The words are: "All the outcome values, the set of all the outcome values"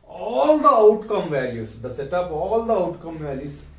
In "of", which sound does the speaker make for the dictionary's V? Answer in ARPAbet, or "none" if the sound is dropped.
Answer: P